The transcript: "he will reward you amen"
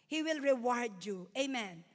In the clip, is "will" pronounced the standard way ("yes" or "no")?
yes